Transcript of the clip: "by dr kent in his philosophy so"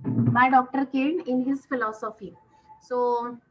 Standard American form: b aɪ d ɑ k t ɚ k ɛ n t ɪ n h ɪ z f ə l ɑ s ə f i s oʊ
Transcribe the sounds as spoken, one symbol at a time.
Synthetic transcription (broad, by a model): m aɪ d ɑ k t ɚ k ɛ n ɪ n h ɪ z f ə l ɑ s ə f i s oʊ